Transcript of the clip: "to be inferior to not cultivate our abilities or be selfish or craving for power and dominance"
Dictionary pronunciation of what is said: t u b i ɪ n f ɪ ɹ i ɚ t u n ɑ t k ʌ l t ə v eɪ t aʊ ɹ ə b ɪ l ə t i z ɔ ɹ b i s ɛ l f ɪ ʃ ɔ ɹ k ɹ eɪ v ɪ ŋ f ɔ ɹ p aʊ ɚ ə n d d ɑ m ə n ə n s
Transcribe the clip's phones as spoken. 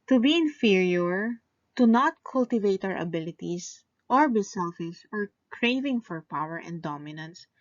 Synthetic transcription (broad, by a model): t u b i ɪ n f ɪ ɹ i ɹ t u n ɑ t k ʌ l t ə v eɪ t aʊ ɹ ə b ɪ l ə t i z ɔ ɹ b i s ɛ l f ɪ s ɔ ɹ k ɹ eɪ v ɪ ŋ f ɔ ɹ p aʊ ɚ ə n d d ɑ m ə n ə n s